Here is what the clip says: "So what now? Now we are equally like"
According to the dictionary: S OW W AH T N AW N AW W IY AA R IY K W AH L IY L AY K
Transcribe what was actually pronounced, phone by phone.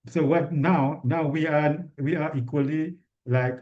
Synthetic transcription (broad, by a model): S OW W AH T N AW N AW W IY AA W IY K W AH L IY L AY K